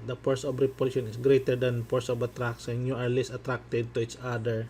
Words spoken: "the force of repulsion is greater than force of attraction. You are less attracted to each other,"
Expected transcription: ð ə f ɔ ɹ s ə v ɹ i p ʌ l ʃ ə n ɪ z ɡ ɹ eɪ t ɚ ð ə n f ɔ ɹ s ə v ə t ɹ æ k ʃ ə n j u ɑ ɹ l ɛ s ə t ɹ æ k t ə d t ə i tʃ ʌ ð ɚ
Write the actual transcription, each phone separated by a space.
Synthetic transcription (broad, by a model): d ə p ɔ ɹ s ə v ɹ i p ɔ ʃ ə n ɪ s ɡ ɹ eɪ t ɚ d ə n p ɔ ɹ s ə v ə t ɹ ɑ k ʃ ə n j u ɑ ɹ l ɛ s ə t ɹ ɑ k t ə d t ə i tʃ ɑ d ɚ